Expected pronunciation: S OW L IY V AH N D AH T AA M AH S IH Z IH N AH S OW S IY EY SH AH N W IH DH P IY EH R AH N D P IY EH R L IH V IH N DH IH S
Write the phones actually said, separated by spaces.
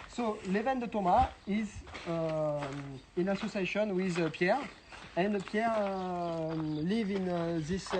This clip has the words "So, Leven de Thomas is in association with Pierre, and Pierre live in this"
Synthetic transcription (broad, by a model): S OW L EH V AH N D AH T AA M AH IH Z IH N AH S OW S IY EY SH AH N W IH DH P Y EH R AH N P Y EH R L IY V IH N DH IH S